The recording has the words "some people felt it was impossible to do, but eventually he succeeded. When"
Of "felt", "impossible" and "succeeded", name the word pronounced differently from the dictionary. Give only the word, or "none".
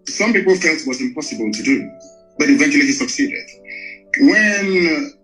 none